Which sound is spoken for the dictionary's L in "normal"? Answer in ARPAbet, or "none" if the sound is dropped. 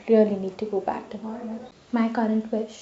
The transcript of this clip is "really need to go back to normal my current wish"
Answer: N